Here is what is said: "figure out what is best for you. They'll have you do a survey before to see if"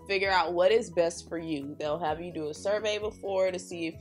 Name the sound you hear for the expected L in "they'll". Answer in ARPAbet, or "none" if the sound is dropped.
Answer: L